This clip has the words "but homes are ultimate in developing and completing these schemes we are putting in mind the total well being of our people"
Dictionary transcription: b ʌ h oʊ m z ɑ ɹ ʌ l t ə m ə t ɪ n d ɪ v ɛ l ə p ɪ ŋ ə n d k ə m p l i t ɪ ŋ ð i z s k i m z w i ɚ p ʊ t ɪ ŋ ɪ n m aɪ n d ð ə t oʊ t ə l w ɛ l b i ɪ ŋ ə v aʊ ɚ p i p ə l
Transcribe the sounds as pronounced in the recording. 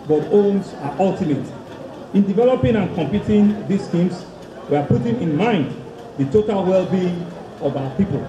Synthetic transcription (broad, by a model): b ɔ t oʊ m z ɑ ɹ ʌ l t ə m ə t ɪ n d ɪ v ɛ l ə p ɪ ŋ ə n k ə m p i t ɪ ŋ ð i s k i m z w i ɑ p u t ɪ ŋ ɪ n m aɪ n d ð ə t oʊ t ə l w ɛ l b i ɪ ŋ ə v aʊ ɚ p i p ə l